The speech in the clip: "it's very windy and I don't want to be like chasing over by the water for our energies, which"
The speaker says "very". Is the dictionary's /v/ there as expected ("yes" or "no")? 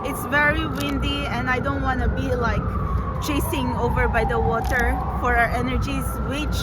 yes